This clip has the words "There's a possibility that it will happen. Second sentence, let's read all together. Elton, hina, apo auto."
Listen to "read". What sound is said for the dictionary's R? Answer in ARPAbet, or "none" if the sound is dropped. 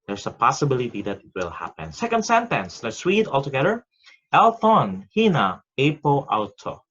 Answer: W